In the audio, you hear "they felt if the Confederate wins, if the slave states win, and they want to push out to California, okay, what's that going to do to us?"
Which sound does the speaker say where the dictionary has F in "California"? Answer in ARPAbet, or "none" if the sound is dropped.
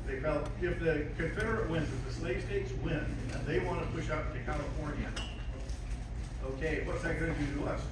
F